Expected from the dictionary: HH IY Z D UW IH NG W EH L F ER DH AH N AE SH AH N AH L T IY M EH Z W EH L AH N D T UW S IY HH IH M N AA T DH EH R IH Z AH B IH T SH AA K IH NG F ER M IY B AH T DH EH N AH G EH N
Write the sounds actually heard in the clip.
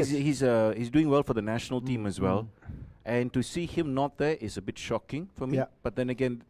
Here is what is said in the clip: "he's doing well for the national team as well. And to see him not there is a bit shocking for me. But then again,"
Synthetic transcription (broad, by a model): HH IY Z D UW IH NG W EH L F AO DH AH N AE SH AH N AH L T IY M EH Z W EH L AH N T UW S IY HH IH M N AA T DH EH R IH S AH B IH T SH AA K IH NG F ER M IY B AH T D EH N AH G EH N